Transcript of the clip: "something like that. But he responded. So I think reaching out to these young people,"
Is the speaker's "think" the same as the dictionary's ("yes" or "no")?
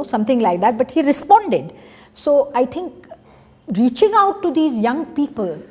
no